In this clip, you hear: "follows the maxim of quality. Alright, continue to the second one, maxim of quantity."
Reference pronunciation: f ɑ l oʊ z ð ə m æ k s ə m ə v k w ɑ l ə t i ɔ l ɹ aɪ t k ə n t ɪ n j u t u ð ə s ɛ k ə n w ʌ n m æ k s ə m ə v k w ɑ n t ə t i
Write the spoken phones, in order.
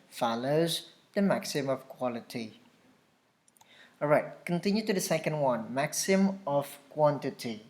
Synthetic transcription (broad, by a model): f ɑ l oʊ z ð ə m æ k s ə m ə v k w ɑ l ə t i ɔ ɹ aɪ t k ə n t ɪ n j u t u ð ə s ɛ k ə n w ʌ n m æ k s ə m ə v k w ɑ n t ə t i